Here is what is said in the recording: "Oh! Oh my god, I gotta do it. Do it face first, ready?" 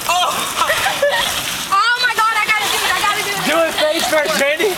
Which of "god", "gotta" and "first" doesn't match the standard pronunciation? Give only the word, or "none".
first